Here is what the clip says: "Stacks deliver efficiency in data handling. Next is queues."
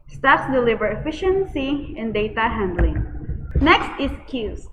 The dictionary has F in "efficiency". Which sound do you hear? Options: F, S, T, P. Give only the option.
F